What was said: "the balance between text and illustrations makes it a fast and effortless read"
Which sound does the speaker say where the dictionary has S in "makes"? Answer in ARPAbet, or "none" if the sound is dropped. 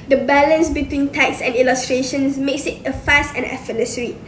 S